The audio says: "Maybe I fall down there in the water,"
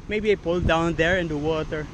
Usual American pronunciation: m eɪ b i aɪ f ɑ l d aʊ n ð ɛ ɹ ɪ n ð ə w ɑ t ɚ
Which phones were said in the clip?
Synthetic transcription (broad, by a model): m eɪ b i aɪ p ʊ l d aʊ n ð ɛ ɹ ɪ n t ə w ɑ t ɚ